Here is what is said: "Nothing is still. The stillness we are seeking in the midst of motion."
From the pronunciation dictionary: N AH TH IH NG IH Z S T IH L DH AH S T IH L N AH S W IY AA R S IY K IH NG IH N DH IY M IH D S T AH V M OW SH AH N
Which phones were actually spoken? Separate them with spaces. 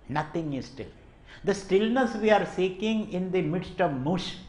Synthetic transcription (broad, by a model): N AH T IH NG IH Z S T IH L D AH S T IH L N AH S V IY AA R S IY K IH NG IH N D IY M IH D S T AH V M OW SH